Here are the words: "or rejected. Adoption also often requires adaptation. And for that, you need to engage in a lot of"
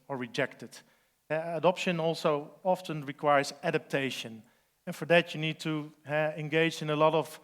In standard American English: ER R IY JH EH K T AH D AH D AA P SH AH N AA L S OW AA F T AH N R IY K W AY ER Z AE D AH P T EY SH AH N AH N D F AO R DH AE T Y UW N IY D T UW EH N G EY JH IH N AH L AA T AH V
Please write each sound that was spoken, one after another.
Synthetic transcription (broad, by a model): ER R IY JH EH K T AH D AH D AA P SH AH N AA L S OW AA F T AH N R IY K W AY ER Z AE D AH P T EY SH AH N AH N F AO R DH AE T Y UW N IY D T UW EH N G EY JH IH N AH L AA T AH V